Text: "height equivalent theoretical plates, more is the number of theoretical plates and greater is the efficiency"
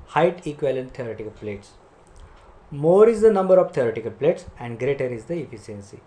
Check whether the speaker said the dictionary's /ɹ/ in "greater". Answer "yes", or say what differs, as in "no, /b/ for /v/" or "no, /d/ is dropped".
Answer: yes